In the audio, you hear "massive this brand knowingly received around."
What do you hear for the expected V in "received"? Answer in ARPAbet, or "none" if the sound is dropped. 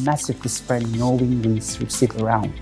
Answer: none